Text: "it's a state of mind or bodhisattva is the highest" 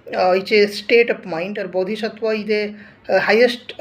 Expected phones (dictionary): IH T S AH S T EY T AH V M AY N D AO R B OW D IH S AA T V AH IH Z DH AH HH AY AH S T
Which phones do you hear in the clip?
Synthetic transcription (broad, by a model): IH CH AH S T EY T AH P M AY N D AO R B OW D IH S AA T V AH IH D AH HH AY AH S T